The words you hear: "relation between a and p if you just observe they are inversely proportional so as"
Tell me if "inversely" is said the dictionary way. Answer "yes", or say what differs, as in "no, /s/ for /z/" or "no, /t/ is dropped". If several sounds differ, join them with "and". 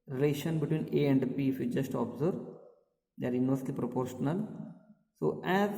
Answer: no, /v/ is dropped